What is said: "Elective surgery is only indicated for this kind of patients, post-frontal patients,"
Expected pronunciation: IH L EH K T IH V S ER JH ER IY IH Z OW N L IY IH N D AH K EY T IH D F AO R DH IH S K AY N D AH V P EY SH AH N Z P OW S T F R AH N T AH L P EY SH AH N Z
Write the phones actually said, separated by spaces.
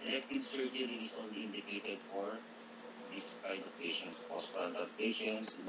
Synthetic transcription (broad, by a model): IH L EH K T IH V S ER JH ER IY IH S OW N L IY IH N D AH K EY T IH D F AO R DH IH S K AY D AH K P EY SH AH N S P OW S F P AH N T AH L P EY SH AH N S